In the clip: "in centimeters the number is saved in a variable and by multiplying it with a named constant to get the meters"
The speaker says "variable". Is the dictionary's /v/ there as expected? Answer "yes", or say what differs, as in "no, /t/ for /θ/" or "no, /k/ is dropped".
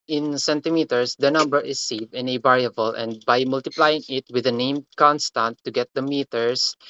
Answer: no, /b/ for /v/